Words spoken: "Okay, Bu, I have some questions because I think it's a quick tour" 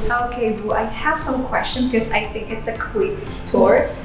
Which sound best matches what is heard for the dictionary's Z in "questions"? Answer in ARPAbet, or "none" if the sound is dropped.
none